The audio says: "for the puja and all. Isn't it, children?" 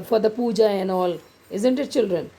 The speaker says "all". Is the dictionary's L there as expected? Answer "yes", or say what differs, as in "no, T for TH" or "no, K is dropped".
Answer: yes